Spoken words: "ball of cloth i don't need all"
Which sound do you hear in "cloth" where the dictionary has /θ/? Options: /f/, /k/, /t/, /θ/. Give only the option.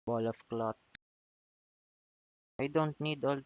/t/